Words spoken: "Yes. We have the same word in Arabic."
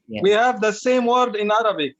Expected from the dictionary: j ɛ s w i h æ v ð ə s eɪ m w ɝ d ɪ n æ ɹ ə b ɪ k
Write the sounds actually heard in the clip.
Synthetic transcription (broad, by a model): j w i h æ v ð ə s eɪ m w ɝ d ɪ n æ ɹ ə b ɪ